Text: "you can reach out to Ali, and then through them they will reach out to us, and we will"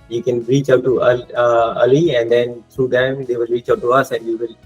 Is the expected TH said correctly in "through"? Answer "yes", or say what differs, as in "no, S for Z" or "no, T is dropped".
no, T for TH